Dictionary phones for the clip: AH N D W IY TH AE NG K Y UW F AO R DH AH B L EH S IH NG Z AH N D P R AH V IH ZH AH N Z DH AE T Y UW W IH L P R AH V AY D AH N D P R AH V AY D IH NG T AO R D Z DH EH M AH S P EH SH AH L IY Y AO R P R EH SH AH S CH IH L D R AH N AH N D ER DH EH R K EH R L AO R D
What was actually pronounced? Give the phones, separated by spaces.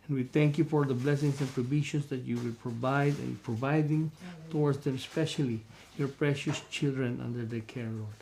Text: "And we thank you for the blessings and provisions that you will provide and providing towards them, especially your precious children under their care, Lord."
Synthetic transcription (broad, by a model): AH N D W IY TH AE NG K Y UW F AO R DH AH B L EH S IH NG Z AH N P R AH B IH SH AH N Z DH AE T Y UW W IH L P R AH V AY D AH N P R AH V AY D IH NG T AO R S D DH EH M S P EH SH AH L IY Y AO R P R EH SH AH S CH IH L D R AH N AH N D ER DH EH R K EH R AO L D